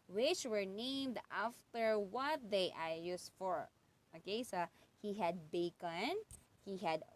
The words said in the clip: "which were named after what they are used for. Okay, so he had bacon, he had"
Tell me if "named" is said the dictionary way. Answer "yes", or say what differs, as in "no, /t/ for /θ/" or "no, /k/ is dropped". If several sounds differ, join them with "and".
yes